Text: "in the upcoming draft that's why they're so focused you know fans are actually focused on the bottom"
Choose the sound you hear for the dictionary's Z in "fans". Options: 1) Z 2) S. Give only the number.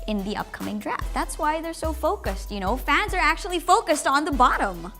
1